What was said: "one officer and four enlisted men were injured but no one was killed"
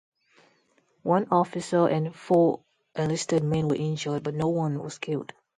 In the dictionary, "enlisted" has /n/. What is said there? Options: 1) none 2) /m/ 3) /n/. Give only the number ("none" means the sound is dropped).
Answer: 1